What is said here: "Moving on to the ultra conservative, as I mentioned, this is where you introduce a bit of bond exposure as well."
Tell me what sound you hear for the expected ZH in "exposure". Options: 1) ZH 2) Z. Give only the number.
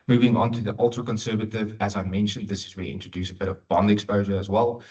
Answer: 1